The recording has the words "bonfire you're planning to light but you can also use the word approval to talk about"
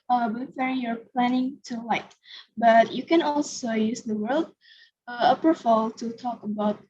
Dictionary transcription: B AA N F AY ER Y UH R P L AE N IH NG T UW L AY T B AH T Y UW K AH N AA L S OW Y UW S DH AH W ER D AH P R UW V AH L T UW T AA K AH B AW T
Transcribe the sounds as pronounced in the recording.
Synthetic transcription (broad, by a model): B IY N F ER Y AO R P L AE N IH NG T UW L AY T B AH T Y UW K AH N AA L S OW Y UW S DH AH W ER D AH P AH F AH L T UW T AA K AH B AW T